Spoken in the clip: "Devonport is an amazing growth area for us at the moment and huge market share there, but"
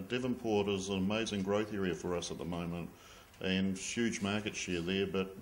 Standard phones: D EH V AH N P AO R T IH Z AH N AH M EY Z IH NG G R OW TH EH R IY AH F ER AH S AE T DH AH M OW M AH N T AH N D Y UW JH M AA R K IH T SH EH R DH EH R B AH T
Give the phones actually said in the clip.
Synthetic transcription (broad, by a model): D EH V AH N P AO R T IH Z AH N AH M EY Z IH NG G R OW TH EH R IY AH F ER AH S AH T DH AH M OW M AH N T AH N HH Y UW JH M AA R K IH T SH EH R DH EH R B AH T